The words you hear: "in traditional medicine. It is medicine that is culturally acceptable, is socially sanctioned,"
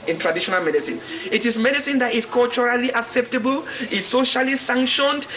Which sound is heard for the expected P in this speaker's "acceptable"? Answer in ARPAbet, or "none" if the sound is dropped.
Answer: P